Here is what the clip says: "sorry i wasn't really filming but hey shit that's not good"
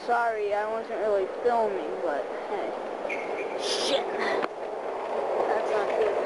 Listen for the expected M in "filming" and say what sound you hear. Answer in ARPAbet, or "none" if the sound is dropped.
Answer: M